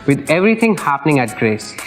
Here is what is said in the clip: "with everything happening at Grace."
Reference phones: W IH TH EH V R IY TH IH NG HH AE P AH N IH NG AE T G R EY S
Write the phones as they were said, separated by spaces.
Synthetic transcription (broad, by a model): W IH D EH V R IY T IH NG HH AE P AH N IH NG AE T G R EY S